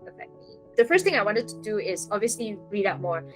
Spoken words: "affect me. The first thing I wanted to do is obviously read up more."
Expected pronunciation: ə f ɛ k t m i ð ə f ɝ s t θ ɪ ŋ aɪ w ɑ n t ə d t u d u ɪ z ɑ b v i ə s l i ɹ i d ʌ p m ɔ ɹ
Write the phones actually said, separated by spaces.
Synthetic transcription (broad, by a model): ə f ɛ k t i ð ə f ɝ s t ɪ ŋ aɪ w ɑ n t ə d t u d u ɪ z ɑ b v i ə s l i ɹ i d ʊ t m ɔ ɹ